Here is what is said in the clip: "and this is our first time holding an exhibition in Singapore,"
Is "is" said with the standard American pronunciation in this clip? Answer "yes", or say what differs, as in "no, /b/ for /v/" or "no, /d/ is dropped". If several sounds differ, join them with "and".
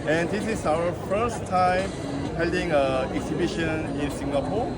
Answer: no, /s/ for /z/